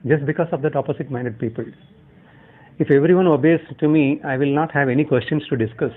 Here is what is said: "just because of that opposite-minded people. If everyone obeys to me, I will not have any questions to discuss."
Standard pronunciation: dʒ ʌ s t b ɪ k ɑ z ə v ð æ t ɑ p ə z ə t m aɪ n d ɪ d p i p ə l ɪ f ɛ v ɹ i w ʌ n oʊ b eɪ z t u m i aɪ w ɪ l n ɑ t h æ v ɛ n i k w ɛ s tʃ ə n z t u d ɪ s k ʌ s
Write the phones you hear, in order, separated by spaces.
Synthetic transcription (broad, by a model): dʒ ʌ s t b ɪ k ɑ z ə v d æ t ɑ p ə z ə t m aɪ n d ɪ d p i p ə l ɪ f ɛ v ɹ i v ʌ n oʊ b eɪ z t u m i aɪ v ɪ l n ɑ t h æ v ɛ n i k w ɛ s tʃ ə n s t u d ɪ s k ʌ s